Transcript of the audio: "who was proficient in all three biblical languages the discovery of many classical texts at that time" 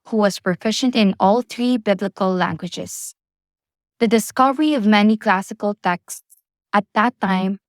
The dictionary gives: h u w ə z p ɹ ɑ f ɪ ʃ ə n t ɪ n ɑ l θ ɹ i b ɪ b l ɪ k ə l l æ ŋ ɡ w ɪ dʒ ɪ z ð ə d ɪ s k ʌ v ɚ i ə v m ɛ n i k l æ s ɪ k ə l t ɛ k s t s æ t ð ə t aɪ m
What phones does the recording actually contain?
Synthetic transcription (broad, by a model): h u w ə z p ɹ ɑ f ɪ ʃ ə n t ɪ n ɑ l θ ɹ i b ɪ b l ɪ k ə l l æ ŋ ɡ w ɪ dʒ ɪ z ð ə d ɪ s k ʌ v ɚ i ə v m ɛ n i k l æ s ɪ k ə l t ɛ k s t s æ t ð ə t aɪ m